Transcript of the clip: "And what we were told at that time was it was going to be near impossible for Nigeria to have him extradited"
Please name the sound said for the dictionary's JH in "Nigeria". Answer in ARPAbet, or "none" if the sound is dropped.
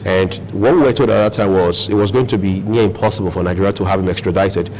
none